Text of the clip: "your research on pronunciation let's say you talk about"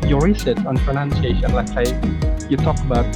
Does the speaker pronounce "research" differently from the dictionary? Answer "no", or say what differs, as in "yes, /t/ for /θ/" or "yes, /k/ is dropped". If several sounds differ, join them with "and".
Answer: yes, /s/ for /tʃ/